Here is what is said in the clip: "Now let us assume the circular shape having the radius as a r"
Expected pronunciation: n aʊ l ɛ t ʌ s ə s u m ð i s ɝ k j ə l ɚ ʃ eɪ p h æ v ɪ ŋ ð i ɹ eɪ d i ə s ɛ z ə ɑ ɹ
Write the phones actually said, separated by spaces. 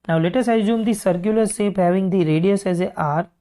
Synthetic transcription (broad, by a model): n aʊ l ɛ t ʌ s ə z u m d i s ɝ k j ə l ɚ s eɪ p h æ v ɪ ŋ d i ɹ eɪ d i ə s ɛ z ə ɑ ɹ